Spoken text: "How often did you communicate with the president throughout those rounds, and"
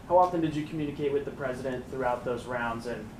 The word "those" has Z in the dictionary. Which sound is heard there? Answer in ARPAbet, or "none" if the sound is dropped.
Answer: Z